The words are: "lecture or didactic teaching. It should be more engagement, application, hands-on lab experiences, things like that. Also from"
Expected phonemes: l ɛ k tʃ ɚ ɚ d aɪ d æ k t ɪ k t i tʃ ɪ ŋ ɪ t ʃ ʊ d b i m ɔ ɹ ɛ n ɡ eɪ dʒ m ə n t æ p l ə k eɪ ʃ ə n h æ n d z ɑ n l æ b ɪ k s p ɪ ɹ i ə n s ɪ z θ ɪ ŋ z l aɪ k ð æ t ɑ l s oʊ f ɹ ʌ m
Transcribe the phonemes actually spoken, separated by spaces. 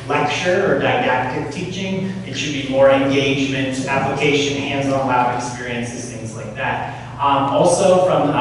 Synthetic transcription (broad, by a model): l ɛ k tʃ ɚ ɚ d aɪ d æ k t ɪ k t i tʃ ɪ ŋ ɪ t ʃ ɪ d b i m ɔ ɹ ɛ n ɡ eɪ dʒ m ə n t æ p l ə k eɪ ʃ ə n h æ n d z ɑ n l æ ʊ ɪ k s p ɪ ɹ i ə n s ɪ z θ ɪ ŋ z l aɪ k ð æ t ɑ l s oʊ f ɹ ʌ m